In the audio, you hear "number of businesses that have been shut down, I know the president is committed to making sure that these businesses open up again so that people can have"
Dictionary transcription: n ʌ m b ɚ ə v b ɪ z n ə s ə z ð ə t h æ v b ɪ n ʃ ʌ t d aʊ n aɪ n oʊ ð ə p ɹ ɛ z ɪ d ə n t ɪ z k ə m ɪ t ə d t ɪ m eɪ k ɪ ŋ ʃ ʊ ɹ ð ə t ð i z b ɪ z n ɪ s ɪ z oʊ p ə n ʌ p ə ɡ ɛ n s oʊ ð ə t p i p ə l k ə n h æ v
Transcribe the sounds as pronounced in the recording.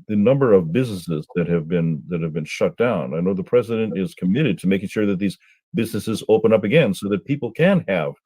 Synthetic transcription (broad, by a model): n ʌ m b ɚ ə v b ɪ z n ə s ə z ð ə t h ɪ v b ɪ n ʃ ʌ t d aʊ n aɪ n oʊ ð ə p ɹ ɛ z ɪ d ə n t ɪ z k ə m ɪ t ə d t ɪ m eɪ k ɪ ŋ ʃ ʊ ɹ ð ə t ð i z b ɪ z n ɪ s ɪ z oʊ p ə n ʌ p ə ɡ ɛ n s oʊ ð ə t p i p l k ə n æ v